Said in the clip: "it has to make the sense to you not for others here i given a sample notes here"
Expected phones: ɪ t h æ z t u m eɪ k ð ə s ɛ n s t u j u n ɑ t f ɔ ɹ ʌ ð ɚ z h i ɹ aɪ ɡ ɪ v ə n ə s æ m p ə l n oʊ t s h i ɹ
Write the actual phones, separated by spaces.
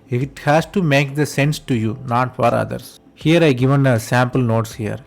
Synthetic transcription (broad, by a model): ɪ t h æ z t u m eɪ k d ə s ɛ n s t u j u n ɑ t f ɔ ɹ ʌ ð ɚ s h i ɹ aɪ ɡ ɪ v ə n ə s æ m p ə l n oʊ t s h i ɹ